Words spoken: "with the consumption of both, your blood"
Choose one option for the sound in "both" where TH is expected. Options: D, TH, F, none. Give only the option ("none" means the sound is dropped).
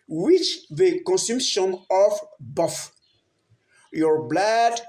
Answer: F